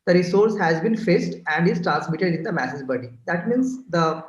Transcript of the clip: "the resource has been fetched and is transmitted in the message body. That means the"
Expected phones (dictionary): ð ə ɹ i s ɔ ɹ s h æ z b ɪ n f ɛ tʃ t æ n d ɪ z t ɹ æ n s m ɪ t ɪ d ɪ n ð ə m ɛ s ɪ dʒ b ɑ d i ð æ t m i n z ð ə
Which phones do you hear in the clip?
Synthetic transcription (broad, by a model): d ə ɹ i s ɔ ɹ s h æ z b ɪ n f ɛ s t æ n d ɪ z t ɹ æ n s m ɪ t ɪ d ɪ n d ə m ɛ s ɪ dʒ b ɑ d i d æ t m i n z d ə